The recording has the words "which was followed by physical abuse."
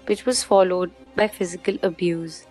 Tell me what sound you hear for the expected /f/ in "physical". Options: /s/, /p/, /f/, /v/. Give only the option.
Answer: /f/